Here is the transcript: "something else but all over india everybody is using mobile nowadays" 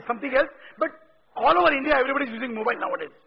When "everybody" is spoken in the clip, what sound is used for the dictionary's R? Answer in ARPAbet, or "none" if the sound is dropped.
R